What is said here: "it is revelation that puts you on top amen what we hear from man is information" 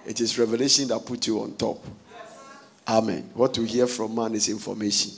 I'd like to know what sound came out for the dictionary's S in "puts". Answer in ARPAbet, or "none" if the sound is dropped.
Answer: none